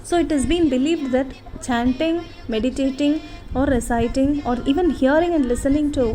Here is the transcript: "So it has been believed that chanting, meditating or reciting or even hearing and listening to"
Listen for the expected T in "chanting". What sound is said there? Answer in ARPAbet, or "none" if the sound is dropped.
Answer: T